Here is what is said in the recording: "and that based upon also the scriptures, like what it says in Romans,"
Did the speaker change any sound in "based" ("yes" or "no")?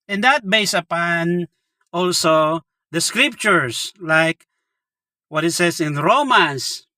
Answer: yes